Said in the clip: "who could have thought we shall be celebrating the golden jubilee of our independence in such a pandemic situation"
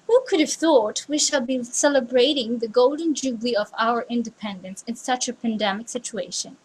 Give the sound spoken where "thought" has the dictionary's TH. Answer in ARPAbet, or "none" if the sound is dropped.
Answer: TH